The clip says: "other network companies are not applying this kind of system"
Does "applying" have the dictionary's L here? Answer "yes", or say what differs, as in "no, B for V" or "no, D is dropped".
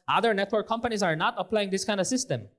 yes